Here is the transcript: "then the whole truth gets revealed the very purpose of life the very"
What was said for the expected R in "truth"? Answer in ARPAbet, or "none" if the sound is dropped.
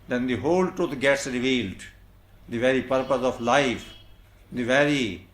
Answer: none